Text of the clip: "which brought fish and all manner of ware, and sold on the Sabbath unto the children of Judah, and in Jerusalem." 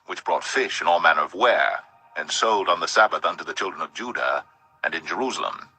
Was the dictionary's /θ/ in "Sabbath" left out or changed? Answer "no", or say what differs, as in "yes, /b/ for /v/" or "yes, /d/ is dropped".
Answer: no